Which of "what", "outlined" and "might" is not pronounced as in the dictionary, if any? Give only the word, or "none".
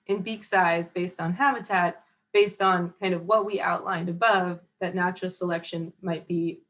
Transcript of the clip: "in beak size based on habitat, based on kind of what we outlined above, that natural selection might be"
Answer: none